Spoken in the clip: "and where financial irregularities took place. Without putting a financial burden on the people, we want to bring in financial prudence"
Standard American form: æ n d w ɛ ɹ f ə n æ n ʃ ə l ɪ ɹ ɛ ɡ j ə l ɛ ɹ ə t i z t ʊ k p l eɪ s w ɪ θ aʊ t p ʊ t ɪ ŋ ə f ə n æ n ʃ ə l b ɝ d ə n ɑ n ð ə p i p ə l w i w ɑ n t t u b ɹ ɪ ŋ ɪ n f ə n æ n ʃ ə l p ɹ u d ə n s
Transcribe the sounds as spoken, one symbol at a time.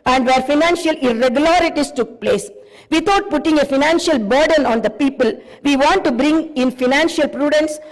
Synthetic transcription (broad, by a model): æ n d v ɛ ɹ f ə n æ n ʃ ə l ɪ ɹ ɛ ɡ j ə l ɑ ɹ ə t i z t ʊ k p l eɪ s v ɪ t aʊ t p ʊ t ɪ ŋ ə f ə n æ n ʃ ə l b ɝ d ə n ɑ n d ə p i p ə l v i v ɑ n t t u b ɹ ɪ ŋ ɪ n f ə n æ n ʃ ə l p ɹ u d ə n s